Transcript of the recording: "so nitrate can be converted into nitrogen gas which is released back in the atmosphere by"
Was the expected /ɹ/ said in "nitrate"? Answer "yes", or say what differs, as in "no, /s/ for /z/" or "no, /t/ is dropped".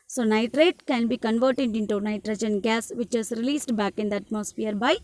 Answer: yes